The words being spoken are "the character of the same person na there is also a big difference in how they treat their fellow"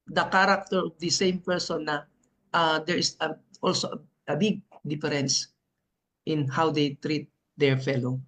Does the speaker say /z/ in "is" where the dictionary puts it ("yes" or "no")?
no